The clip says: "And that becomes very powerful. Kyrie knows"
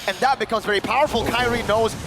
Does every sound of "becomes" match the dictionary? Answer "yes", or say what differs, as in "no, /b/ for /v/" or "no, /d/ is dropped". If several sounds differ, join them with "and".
yes